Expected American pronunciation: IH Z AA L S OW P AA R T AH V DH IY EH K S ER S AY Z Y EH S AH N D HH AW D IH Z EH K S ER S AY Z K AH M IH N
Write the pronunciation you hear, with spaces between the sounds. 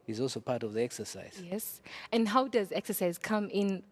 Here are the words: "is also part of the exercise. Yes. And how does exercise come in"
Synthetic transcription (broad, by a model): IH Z AA L S OW P AA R T AH V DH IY EH K S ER S AY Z Y EH S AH N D HH AW D IH Z EH K S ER S AY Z K AH M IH N